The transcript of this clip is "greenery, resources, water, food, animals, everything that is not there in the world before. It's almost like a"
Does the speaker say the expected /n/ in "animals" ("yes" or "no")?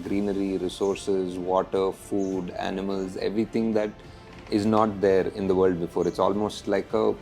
yes